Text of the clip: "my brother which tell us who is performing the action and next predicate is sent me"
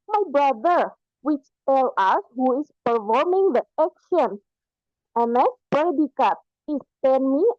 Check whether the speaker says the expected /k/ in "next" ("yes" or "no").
no